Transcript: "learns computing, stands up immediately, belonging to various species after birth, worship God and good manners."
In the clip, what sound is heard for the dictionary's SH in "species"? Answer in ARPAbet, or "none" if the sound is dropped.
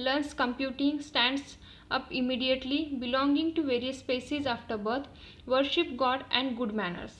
S